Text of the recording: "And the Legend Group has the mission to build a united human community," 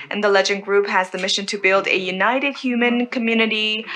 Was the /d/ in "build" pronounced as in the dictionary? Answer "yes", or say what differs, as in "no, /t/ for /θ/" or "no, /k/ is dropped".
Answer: yes